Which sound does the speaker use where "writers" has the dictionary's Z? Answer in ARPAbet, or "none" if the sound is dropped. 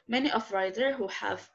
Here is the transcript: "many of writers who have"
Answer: none